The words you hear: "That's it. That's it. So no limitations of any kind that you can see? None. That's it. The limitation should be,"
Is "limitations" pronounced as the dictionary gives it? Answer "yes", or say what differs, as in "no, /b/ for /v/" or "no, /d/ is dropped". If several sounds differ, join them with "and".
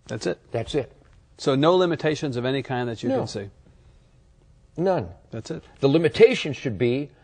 yes